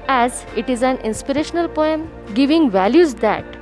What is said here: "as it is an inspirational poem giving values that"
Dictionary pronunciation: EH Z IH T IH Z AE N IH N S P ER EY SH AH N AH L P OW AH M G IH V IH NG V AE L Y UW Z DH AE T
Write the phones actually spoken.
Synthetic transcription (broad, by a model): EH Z IH T IH Z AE N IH N S P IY EY SH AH N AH L P OW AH M G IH V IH NG V AE L Y UW Z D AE T